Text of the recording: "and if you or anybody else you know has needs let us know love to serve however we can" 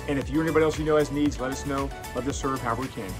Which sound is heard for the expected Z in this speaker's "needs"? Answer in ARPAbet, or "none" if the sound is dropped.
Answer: Z